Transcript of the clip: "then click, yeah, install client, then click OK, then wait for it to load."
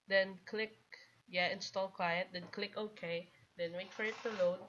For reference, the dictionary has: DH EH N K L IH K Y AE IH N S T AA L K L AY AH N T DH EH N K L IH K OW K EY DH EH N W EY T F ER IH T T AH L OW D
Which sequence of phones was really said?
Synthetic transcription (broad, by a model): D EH N K L IH K Y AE IH N S T AA L K W AY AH T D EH N K L IH K OW K EY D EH N W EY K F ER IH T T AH L OW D